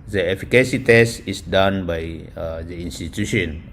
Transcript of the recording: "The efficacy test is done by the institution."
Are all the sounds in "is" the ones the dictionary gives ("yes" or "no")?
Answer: no